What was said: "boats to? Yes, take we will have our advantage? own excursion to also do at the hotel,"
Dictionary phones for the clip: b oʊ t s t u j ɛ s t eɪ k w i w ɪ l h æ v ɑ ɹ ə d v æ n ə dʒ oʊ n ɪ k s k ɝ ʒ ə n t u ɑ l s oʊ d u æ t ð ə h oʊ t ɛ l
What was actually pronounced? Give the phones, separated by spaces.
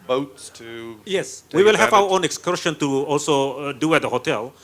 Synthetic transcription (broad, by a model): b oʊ t s t u j ɛ s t w i w ɪ l h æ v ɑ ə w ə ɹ oʊ n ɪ k s k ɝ ʃ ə n t u ɑ l s oʊ d u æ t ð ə h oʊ t ɛ l